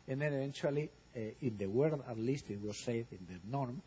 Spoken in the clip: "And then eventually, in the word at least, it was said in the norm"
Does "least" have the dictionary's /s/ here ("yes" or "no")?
yes